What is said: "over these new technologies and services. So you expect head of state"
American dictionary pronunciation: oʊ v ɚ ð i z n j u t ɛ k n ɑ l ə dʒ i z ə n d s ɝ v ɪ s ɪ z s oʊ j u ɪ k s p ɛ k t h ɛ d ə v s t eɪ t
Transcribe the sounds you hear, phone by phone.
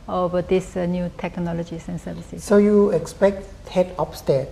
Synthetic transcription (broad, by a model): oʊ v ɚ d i s n j u t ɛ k n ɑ l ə dʒ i s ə n s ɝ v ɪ s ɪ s s oʊ j u ɪ k s p ɛ k t h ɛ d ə p s t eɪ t